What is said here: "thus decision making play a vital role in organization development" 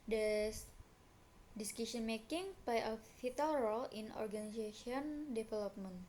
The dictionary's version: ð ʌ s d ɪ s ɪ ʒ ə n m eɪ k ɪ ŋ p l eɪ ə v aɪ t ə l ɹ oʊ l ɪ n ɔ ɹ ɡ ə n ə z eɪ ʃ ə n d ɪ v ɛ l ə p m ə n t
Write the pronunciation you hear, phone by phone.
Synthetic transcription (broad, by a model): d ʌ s d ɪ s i s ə n m eɪ k ɪ ŋ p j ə f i t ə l ɹ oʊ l ɪ n ɔ ɹ ɡ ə n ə s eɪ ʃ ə n d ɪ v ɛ l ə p m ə n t